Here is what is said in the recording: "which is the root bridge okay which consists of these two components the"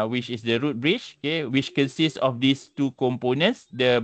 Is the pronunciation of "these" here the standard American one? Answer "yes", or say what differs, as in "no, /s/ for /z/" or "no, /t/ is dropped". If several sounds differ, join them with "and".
no, /s/ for /z/